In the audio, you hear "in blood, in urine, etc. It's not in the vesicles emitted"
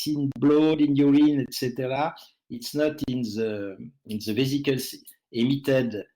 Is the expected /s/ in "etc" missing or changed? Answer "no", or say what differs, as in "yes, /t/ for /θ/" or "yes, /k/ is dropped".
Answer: no